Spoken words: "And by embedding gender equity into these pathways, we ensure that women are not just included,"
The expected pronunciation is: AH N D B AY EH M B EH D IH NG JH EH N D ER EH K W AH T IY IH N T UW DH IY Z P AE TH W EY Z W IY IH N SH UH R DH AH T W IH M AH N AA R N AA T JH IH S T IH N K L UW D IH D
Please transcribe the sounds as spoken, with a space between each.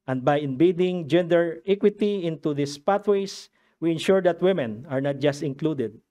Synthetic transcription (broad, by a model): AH N D B AY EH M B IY D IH NG JH EH N D ER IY K W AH T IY IH N T UW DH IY S P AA T W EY S W IY IH N SH UH R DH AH T W IH M AH N AA R N AA T JH IH S T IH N K L UW D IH D